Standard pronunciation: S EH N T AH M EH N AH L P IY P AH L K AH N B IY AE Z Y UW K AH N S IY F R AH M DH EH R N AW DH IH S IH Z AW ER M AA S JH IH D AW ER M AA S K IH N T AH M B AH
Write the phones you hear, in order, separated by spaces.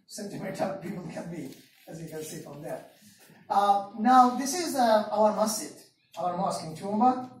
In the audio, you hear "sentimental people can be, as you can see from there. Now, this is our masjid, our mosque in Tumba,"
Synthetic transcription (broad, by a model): S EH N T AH M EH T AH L P IY P AH L K AH N B IY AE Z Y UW K AH N S IY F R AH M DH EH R N AW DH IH S IH Z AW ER M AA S IH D AW ER M AA S K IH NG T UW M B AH